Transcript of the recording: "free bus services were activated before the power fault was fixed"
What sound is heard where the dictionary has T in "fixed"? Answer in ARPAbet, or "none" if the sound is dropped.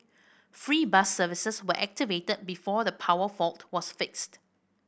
T